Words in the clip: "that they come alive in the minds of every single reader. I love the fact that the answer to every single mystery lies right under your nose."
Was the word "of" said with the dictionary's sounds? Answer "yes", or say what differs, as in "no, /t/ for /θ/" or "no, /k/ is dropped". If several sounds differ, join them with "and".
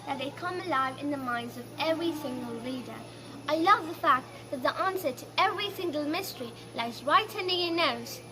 yes